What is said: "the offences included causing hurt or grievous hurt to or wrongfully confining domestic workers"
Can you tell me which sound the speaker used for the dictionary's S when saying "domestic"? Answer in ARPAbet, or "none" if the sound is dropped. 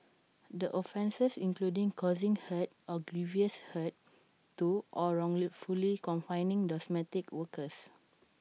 none